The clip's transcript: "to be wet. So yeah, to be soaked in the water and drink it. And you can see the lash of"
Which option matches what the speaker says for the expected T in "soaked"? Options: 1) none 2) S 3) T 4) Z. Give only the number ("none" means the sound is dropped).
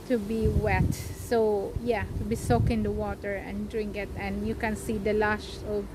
1